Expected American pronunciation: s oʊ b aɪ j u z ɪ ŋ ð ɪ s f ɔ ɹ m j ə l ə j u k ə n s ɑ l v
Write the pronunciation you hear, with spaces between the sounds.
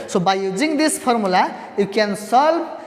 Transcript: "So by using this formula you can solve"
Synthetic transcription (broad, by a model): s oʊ b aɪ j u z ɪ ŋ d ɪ s p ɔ ɹ m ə l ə j u k ə n s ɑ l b